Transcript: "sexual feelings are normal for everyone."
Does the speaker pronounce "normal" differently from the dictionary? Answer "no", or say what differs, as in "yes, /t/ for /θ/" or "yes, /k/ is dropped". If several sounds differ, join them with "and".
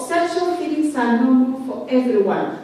yes, /n/ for /l/